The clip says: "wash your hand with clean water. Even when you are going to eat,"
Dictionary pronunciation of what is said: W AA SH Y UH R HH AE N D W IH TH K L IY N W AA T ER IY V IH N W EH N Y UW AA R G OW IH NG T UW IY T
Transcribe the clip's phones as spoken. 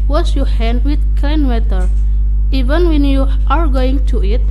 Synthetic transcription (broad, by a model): W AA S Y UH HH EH N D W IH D K AA N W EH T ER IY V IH N W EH N Y UW AA R G OW IH NG T UW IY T